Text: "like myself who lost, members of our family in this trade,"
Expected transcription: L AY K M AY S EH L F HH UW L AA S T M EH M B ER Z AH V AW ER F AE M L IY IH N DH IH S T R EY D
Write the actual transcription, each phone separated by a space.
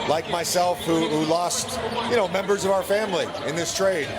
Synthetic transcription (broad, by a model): L AY K M AY S EH L F HH UW L AA S T M EH M B ER Z AH V AW ER F AE M L IY IH N DH IH S T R EY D